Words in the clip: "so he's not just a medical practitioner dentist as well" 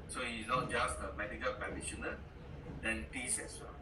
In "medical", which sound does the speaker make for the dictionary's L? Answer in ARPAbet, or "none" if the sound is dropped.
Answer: L